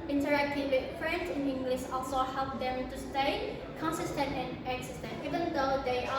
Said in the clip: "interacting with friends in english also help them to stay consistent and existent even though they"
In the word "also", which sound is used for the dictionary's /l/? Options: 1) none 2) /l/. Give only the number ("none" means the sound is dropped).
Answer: 2